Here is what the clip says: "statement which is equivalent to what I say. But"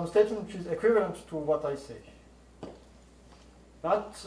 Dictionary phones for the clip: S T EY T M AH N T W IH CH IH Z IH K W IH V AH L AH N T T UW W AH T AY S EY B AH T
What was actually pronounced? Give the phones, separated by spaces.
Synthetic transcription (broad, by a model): S T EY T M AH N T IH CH IH Z IH K W IH V AH L AH N T T UW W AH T AY S EY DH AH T